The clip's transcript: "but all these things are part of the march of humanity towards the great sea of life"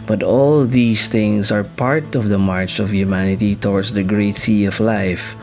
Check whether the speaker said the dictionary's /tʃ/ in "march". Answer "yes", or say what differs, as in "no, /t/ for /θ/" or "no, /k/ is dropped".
yes